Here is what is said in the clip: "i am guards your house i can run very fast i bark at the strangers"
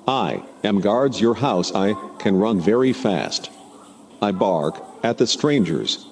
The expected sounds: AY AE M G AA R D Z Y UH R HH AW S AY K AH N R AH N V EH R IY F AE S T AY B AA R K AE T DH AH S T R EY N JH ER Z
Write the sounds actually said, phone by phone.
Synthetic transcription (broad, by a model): AY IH M G AA R D Z Y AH R HH AW S AY K AH N R AH N V EH R IY F AE S T AY B AA R K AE T DH AH S T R EY N JH ER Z